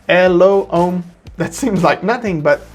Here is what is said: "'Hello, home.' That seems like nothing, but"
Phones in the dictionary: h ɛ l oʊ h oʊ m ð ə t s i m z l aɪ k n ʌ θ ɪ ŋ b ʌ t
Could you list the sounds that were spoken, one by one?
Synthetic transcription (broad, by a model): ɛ l oʊ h oʊ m ð ə t s i m z l aɪ k n ʌ θ ɪ ŋ b ʌ t